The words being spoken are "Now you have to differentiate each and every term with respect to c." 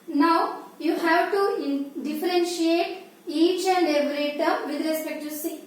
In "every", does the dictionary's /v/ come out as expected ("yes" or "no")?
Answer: no